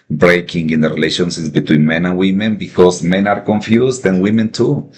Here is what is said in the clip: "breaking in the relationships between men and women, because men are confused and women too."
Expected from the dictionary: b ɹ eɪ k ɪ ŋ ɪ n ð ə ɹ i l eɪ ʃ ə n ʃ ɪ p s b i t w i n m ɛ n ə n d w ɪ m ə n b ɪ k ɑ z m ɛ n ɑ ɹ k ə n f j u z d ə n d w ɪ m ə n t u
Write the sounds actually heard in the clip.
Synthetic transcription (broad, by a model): b ɹ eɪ k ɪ ŋ ɪ n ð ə ɹ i l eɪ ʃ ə n s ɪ s b i t w i n m ɛ n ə n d w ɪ m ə n b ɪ k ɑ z m ɛ n ɑ ɹ k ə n f j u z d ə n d w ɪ m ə n t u